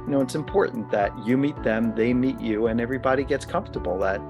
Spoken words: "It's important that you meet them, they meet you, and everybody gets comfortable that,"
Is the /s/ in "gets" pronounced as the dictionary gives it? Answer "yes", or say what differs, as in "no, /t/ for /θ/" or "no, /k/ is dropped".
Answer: yes